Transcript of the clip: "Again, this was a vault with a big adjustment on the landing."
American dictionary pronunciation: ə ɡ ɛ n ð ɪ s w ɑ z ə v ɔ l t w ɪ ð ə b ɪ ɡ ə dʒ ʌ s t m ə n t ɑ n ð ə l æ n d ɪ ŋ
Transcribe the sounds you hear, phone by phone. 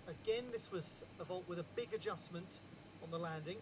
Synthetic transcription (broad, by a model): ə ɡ ɛ n ð ɪ s w ɑ z ə v ɔ l t w ɪ ð ə b ɪ ɡ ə dʒ ʌ s m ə n t n ð ə l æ n d ɪ ŋ